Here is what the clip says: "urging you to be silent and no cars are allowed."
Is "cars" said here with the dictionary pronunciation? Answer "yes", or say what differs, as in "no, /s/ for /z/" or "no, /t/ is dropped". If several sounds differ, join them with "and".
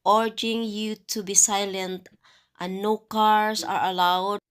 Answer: no, /s/ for /z/